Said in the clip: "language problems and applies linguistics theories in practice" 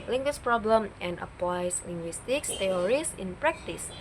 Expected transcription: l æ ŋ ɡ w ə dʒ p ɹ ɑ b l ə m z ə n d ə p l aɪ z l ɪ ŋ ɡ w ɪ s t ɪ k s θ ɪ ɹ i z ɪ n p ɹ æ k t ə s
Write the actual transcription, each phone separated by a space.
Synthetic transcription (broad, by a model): l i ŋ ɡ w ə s p ɹ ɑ b l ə m ə n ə p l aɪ s l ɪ ŋ ɡ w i s t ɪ k s t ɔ ɹ i s ɪ n p ɹ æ k t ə s